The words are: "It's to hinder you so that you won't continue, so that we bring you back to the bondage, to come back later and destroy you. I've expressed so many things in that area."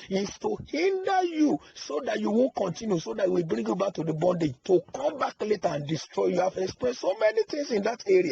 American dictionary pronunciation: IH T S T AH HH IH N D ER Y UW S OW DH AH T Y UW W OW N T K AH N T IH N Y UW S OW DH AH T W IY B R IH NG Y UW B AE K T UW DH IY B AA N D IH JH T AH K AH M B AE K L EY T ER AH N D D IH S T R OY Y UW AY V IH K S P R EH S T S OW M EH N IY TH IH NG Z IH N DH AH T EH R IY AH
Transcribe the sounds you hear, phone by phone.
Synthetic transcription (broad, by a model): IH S T AH HH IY N D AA Y UW S OW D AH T Y UW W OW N K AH N T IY N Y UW S OW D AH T W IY B R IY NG Y UW B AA K T UW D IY B AA N D IH JH T AH K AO M B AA K L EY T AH N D D IH S T R OY Y UW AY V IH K S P EH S S OW M EH N IY T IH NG S IH N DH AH T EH R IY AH